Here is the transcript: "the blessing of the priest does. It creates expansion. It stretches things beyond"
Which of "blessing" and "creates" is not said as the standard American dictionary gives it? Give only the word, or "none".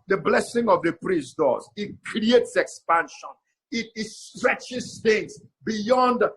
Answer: none